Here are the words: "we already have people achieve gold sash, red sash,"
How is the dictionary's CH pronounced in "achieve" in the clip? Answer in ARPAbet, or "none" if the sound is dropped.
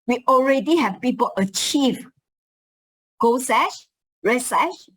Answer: CH